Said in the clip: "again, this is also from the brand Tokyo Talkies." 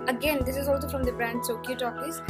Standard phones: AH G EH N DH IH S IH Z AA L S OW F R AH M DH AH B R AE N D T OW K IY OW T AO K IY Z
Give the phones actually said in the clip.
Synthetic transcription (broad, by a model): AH G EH N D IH S IH Z AA L S OW F R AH M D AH B R AE N D S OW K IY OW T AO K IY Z